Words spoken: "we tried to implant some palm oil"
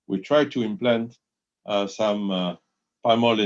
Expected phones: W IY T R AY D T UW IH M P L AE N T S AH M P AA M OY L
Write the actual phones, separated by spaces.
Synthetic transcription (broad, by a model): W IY T R AY D T UW IH M P L AE N T S AH M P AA M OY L